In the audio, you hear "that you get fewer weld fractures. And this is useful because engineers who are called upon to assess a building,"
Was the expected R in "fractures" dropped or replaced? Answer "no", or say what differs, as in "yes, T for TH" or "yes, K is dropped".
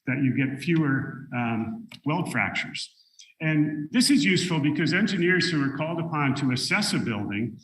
no